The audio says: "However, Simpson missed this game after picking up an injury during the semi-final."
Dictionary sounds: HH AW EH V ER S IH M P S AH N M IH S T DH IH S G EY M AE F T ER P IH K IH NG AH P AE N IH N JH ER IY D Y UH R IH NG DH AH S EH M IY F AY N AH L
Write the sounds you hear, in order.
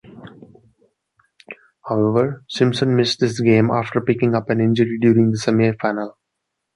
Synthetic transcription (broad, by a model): HH AW EH V ER S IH M S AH N M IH S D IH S G EY M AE F T ER P IH K IH NG AH P AE N IH N JH ER IY D Y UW R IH NG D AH S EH M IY F AY N AH L